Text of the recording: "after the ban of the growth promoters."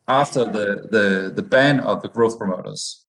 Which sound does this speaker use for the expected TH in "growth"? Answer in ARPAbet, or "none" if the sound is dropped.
TH